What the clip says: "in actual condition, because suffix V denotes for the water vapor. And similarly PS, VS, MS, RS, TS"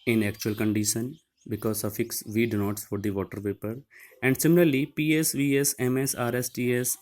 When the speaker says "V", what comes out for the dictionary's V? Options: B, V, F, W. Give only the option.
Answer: V